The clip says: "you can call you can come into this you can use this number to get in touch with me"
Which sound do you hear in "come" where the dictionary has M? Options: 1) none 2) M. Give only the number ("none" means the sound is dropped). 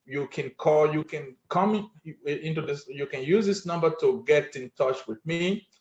2